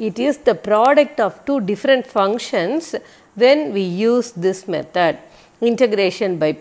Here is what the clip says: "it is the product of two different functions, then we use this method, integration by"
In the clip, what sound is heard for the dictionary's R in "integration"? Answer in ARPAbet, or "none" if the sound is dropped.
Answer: R